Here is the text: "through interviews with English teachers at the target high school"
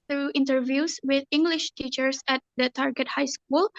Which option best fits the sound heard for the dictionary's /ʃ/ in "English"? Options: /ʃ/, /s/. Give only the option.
/ʃ/